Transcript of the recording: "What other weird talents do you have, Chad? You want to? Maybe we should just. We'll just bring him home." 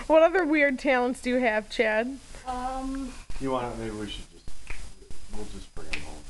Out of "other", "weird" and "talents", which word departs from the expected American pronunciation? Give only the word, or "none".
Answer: none